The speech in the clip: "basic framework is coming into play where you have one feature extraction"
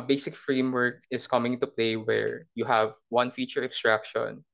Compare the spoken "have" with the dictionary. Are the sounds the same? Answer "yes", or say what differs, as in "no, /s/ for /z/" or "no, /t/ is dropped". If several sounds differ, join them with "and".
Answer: yes